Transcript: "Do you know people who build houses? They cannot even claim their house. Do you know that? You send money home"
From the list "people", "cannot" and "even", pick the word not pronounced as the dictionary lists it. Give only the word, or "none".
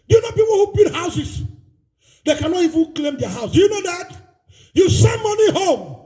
people